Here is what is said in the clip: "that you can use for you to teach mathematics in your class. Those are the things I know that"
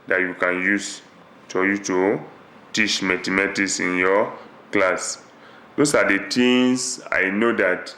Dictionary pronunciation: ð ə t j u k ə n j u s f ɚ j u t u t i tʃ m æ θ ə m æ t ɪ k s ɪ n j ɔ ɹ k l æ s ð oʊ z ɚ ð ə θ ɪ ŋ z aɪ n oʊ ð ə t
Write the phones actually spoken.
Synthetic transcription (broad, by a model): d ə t j u k ə n j u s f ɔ j u t u t i tʃ m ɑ t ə m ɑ t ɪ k s ɪ n j ɔ k l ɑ s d oʊ s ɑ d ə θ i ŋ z aɪ n oʊ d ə t